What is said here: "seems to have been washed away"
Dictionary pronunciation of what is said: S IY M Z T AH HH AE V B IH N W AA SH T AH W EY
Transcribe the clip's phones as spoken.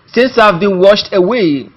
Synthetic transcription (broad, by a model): S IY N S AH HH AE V B IH N W AA SH T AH W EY